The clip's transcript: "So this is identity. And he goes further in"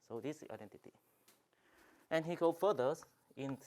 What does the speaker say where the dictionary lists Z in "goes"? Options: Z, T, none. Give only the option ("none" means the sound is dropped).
none